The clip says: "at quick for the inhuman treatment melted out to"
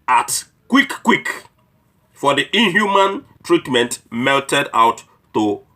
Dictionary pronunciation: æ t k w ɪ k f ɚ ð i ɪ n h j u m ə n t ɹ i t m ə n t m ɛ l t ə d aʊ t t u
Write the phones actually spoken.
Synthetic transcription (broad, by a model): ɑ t k w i k f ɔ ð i ɪ n h j u m ə n t ɹ i t m ə n t m ɛ l t ə d aʊ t t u